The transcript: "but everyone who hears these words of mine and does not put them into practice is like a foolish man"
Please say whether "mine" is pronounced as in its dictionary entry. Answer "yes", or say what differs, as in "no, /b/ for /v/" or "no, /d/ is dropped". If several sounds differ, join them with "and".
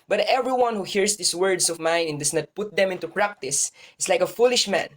yes